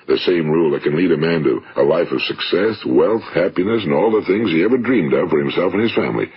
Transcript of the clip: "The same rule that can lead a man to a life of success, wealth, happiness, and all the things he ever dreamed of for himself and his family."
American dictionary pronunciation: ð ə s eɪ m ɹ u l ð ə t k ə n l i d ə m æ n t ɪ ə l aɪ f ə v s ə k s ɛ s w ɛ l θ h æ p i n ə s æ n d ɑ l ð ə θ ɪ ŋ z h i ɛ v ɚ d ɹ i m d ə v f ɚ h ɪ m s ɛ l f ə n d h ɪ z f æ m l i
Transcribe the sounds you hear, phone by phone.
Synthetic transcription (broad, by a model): ð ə s eɪ m ɹ u l ð ə t k ə n l i d ə m æ n t ɪ ə l aɪ f ə v s ə k s ɛ s w ɛ l θ h æ p i n ə s n ɑ l ð ə θ ɪ ŋ z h i ɛ v ɚ d ɹ i m d ə v f ɚ h ɪ m s ɛ l f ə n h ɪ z f æ m l i